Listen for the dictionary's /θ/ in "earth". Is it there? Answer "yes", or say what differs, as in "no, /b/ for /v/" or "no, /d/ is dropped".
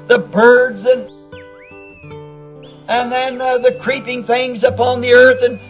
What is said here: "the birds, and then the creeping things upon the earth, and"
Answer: yes